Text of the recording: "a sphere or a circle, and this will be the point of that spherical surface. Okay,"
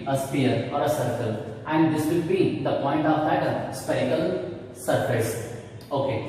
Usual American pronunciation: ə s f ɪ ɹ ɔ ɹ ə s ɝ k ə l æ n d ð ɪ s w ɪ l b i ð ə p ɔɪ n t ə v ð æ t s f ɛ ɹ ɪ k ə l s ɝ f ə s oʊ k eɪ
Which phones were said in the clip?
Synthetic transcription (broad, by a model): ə s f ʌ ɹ ɔ ɹ ə s ɝ k ə l æ n d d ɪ s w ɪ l b i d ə p ɔɪ n t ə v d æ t s p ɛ ɪ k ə l s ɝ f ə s oʊ k eɪ